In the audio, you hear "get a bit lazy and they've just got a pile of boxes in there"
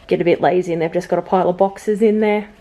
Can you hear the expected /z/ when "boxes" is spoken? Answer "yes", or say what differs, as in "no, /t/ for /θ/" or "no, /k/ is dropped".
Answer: yes